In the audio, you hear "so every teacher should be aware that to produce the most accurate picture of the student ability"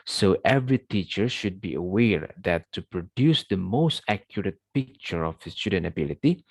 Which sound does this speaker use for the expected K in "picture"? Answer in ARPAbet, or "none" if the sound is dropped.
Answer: K